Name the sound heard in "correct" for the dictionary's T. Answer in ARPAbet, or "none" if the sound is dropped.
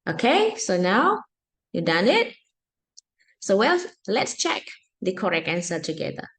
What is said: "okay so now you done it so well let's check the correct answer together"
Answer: none